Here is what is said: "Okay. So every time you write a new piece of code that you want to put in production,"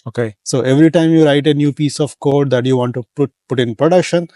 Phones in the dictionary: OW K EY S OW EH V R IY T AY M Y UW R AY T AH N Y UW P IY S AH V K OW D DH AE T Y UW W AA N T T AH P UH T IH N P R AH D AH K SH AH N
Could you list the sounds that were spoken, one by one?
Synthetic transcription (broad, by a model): OW K EY S OW EH V R IY T AY M Y UW R AY T AH N Y UW P IY S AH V K OW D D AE T Y UW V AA N T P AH P UH T IH N P R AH D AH K SH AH N